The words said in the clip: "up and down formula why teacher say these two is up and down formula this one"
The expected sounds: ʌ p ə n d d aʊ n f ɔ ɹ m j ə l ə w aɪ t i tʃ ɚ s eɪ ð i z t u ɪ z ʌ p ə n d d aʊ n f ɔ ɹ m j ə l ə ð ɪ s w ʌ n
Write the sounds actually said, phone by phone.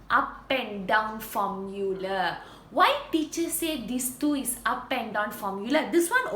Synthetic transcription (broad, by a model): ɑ p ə n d d aʊ n f ɔ m j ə l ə w aɪ t i tʃ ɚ s eɪ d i s t u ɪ s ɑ p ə n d d aʊ n f ɔ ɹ m j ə l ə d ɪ s w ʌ n